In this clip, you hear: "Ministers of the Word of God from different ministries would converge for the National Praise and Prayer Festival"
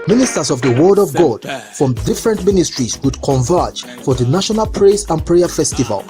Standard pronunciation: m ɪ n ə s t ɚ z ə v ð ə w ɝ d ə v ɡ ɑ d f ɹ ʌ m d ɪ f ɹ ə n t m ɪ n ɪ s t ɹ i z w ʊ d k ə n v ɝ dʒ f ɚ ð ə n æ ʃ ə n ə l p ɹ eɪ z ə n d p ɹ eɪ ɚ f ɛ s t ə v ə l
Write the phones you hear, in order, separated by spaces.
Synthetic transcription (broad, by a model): m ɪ n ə s t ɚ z ə v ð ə w ɝ d ə v ɡ ɑ d f ɹ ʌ m d ɪ f ɹ ə n t m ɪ n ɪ s t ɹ i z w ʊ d k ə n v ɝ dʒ f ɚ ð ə n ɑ ʃ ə n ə l p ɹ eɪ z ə n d p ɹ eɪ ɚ f ɛ s t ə v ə l